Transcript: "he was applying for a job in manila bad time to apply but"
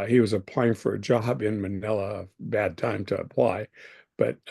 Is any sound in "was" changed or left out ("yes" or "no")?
no